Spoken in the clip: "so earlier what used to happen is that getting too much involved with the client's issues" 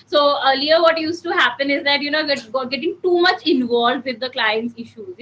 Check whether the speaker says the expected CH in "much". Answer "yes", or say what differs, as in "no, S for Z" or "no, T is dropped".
yes